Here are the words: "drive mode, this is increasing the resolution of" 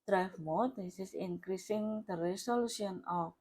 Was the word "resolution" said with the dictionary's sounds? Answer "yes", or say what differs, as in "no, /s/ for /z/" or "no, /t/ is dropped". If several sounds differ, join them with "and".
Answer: no, /s/ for /z/ and /s/ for /ʃ/